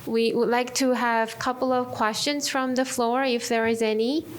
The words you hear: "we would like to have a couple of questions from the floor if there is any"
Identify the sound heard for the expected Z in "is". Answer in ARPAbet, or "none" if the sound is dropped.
Z